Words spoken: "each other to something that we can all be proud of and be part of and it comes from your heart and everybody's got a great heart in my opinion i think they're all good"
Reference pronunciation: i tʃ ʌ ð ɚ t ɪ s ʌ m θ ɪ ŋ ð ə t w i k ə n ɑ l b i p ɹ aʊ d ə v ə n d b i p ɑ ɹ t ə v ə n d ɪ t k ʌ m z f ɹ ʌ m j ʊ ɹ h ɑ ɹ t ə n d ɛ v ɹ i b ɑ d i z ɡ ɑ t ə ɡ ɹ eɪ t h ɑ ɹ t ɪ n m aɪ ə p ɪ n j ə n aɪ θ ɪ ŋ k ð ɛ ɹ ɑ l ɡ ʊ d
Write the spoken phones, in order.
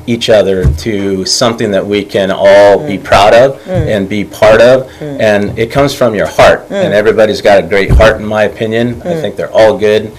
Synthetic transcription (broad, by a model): i tʃ ʌ ð ɚ t ɪ s ʌ m θ ɪ ŋ ð ə t w i k ə n ɑ l b i p ɹ aʊ d ə v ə n b i p ɑ ɹ t ə v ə n ɪ t k ʌ m z f ɹ ʌ m j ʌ ɹ h ɑ ɹ t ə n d ɛ v ɹ i b ɑ d i z ɡ ɑ t ə ɡ ɹ eɪ t h ɑ ɹ t n m aɪ ə p ɪ n j ə n aɪ θ ɪ ŋ k ð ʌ ɹ ɑ l ɡ ʊ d